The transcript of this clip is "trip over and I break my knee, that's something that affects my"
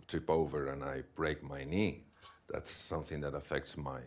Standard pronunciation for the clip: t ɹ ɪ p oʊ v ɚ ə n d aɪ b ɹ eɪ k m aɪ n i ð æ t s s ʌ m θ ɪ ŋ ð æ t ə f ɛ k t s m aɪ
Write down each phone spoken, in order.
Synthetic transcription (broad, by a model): t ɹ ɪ p oʊ v ɚ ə n aɪ b ɹ eɪ k m aɪ n i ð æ t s s ʌ m θ ɪ ŋ ð æ t ə f ɛ k t s m aɪ